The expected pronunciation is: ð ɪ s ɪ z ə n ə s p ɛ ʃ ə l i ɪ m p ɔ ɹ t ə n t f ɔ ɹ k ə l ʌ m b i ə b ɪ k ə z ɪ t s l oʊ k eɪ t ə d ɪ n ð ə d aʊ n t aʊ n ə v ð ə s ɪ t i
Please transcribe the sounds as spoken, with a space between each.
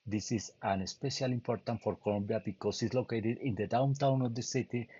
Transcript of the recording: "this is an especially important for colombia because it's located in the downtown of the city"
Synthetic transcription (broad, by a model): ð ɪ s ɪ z ə n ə s p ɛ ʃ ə l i m p ɔ ɹ t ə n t f ɔ ɹ k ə l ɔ m b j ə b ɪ k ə s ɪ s l oʊ k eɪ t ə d ɪ n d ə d aʊ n t aʊ n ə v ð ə s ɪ t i